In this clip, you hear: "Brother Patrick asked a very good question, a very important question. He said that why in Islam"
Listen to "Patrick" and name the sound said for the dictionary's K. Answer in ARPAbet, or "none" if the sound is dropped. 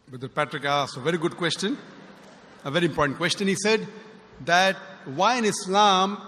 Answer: K